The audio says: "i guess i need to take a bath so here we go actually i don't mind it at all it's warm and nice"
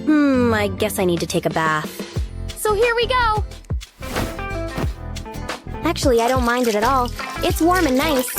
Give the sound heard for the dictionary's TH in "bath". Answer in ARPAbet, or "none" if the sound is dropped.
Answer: TH